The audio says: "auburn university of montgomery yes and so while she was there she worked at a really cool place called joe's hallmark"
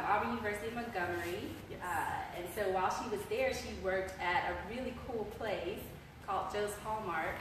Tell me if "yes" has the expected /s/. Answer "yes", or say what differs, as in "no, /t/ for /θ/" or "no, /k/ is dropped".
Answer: no, /s/ is dropped